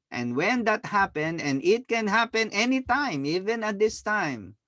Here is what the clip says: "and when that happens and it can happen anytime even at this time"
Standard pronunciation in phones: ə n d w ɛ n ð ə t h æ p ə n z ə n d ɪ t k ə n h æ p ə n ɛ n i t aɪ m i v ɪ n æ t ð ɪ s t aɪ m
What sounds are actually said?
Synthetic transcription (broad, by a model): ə n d w ɛ n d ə t h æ p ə n ə n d ɪ t k ə n h æ p ə n ɛ n i t aɪ m i v ɪ n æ t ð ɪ s t aɪ m